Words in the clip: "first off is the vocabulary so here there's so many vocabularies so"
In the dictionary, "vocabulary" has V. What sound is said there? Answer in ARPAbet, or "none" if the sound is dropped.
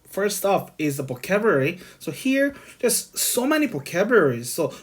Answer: P